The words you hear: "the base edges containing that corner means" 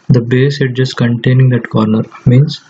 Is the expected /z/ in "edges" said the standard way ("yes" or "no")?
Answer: no